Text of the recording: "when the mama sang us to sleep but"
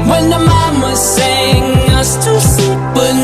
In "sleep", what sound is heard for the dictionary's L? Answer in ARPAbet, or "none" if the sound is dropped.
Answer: none